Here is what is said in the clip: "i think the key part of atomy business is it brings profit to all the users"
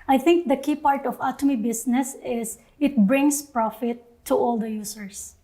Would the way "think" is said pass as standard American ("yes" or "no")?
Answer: no